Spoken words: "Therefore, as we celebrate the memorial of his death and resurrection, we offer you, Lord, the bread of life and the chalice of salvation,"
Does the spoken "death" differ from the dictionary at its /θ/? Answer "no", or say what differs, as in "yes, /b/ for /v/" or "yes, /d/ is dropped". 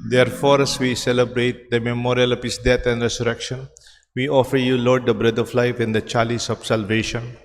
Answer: yes, /t/ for /θ/